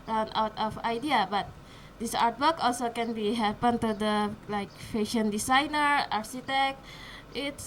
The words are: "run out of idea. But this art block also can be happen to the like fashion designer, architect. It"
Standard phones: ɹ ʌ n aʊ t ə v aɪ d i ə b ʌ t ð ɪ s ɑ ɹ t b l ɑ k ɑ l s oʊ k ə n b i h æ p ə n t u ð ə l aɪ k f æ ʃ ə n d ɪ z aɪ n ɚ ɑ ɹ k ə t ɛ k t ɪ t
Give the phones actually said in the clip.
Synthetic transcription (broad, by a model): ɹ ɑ n aʊ t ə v aɪ d i ə b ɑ t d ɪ s ɑ ɹ t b ɑ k ɑ l s oʊ k ə n b i h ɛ p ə n t u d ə l aɪ k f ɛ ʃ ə n d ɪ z aɪ n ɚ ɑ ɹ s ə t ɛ k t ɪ t